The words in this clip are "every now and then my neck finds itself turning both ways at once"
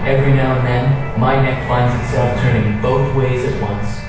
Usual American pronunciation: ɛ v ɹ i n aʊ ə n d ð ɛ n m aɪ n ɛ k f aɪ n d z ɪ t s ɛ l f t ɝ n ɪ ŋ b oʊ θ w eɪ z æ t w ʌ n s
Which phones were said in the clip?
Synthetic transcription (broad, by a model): ɛ v ɹ i n aʊ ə n ð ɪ n m aɪ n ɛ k f aɪ n d z ɪ t s ɛ l f t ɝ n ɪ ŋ b oʊ θ w eɪ z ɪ t w ʌ n s